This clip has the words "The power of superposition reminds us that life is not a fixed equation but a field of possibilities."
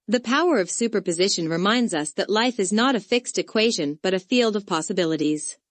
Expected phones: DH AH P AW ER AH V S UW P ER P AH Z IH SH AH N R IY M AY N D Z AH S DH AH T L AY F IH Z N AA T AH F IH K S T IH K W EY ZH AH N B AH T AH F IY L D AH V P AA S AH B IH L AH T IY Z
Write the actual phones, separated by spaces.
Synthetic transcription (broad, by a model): DH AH P AW ER AH V S UW P ER P AH Z IH SH AH N R IY M AY N D Z AH S DH AH T L AY F IH Z N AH T AH F IH K S T IH K W EY ZH AH N B AH T AH F IY L D AH V P AA S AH B IH L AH T IY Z